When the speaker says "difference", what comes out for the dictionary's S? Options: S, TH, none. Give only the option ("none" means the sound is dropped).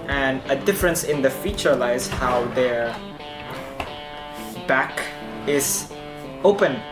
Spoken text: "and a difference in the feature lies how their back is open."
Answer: S